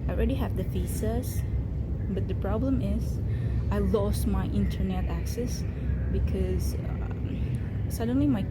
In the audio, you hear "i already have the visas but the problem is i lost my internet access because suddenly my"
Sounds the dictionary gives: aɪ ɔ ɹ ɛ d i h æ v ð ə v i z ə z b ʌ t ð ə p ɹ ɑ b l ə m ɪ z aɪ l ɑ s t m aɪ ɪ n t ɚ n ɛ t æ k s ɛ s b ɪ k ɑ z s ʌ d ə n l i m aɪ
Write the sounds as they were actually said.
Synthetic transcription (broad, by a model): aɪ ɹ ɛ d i h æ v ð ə f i s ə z b ʌ t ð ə p ɹ ɑ b l ə m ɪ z aɪ l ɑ s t m aɪ ɪ n t ɚ n ɛ t æ k s ɛ s b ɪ k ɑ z s ʌ d ə n l i m aɪ